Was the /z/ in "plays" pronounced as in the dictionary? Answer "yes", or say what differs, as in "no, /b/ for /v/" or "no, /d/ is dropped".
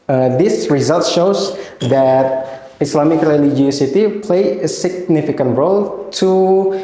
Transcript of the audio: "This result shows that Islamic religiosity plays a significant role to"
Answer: no, /z/ is dropped